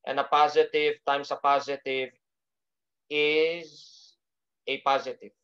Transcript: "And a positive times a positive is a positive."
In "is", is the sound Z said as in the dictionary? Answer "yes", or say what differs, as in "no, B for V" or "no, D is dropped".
yes